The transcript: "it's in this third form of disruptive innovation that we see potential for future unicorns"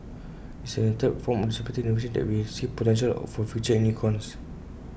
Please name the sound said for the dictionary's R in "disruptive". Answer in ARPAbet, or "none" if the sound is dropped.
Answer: none